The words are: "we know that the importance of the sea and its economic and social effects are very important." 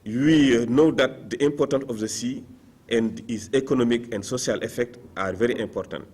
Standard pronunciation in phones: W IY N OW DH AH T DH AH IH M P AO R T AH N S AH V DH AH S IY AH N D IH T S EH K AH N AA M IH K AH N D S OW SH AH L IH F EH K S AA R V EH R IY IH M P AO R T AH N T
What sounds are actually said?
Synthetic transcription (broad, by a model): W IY N OW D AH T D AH IH M P AO R T AH N S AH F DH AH S IY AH N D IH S EH K AH N AA M IH K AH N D S OW S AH L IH F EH K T AA R V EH R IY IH M P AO R T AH N T